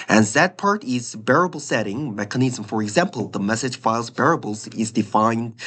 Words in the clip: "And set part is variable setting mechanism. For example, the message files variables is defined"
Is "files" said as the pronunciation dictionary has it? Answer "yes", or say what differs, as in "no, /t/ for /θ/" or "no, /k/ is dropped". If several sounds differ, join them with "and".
yes